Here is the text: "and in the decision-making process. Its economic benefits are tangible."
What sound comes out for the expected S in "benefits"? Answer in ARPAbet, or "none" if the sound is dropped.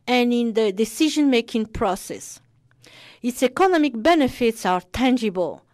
S